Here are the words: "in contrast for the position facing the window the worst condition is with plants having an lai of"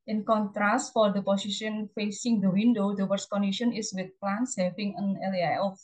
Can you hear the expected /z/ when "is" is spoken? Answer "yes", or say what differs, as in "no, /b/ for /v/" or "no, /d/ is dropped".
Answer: no, /s/ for /z/